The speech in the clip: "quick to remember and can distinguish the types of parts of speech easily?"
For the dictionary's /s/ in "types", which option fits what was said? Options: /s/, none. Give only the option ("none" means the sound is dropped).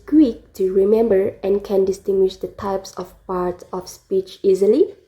/s/